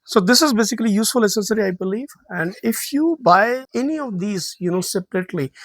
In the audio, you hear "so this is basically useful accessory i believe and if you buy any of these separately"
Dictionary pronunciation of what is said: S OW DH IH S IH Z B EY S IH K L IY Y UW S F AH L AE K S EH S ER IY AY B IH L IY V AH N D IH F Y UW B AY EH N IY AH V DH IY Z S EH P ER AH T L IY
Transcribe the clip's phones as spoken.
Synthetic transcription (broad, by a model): S OW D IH S IH Z B EY S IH K L IY Y UW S F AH L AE S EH S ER IY AY B IH L IY V AH N D IH F Y UW B AY EH N IY AH V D IY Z S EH P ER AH T L IY